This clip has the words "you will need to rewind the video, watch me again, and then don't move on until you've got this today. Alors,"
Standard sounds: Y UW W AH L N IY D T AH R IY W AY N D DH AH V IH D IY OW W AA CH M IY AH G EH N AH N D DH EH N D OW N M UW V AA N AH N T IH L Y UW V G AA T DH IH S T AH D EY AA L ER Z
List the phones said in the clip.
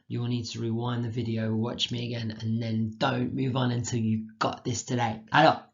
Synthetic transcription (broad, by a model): Y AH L N IY D T AH R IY W AY N DH AH V IH D IY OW W AA CH M IY AH G EH N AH N DH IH N D OW N M UW V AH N AH N T IH L Y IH G AA T DH IH S T AH D EY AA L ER